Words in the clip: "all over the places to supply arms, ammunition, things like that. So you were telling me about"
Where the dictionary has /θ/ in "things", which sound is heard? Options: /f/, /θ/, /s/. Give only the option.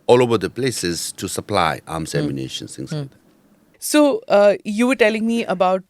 /s/